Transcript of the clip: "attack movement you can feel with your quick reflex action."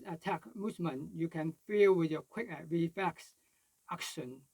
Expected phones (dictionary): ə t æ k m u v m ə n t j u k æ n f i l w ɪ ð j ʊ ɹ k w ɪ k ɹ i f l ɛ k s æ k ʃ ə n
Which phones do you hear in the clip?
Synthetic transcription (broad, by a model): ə t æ k m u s m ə n j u k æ n f i l w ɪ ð j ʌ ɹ k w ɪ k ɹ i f ɛ k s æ k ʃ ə n